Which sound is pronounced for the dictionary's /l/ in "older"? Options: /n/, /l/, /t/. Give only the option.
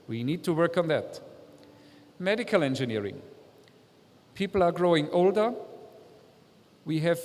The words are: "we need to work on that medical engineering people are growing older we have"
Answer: /l/